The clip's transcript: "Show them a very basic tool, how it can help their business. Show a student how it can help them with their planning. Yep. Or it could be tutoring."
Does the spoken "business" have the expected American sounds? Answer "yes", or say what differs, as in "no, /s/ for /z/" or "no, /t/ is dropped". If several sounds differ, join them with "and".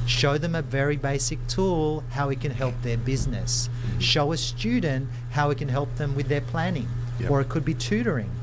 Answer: yes